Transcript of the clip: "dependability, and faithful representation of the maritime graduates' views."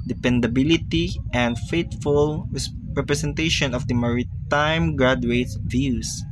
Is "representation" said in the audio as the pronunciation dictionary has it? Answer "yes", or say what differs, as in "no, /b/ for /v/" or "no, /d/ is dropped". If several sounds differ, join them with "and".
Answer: no, /s/ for /z/